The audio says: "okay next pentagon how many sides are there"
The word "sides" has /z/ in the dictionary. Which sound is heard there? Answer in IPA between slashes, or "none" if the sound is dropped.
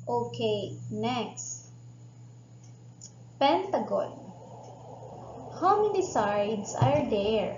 /s/